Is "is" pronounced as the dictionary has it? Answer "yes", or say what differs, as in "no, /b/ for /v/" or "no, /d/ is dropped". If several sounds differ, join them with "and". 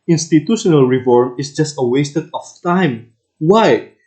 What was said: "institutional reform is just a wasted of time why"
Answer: no, /s/ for /z/